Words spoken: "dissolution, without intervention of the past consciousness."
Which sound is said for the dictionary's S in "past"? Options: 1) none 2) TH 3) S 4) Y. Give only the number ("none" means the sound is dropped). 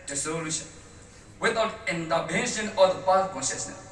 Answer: 1